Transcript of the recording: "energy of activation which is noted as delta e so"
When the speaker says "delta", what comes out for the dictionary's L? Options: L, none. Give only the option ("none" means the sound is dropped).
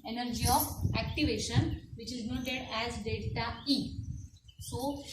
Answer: none